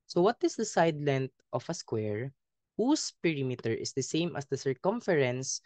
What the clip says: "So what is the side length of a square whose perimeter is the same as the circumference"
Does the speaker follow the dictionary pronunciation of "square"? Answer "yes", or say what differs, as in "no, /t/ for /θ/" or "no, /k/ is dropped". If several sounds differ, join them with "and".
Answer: yes